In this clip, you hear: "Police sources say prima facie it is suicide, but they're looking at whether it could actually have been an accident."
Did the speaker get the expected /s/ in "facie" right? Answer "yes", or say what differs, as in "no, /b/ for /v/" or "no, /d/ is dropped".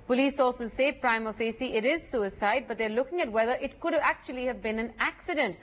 yes